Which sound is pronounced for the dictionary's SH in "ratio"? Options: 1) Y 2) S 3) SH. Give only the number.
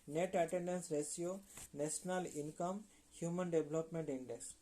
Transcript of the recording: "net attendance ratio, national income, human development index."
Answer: 2